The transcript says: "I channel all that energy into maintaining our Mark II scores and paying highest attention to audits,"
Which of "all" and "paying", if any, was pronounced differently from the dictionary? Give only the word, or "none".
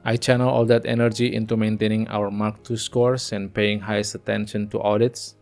none